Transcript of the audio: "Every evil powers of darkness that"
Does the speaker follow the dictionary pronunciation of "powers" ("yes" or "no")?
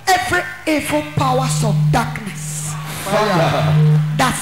no